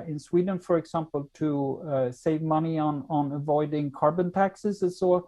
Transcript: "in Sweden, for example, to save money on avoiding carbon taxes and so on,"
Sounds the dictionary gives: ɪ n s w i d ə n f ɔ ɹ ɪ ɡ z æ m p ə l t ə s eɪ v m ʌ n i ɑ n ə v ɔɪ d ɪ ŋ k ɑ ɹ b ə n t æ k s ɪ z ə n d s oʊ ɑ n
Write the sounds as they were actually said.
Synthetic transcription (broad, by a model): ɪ n s w i d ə n f ɔ ɹ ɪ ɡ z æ m p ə l t ə s eɪ v m ʌ n i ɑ n ə v ɔɪ d ɪ ŋ k ɑ ɹ b ə n t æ k s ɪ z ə s oʊ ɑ